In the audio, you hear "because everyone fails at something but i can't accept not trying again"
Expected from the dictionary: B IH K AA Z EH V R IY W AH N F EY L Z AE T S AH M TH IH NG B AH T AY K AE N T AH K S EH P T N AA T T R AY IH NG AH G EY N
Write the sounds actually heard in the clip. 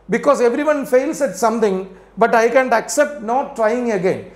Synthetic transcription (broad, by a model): B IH K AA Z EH V R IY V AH N F EY L S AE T S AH M T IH NG B AH T AY K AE N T AH K S EH P T N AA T T R AY IH NG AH G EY N